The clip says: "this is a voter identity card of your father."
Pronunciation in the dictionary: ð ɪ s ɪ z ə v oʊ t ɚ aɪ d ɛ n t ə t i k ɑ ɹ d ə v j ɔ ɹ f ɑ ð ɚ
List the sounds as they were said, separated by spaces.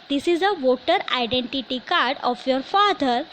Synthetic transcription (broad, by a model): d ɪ s ɪ z ə v oʊ t ɚ aɪ d ɛ n t ə t i k ɑ ɹ d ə f j ɔ ɹ f ɑ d ɚ